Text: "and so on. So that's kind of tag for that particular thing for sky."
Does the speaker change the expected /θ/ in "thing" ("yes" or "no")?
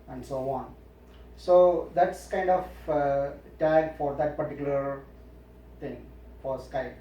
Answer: yes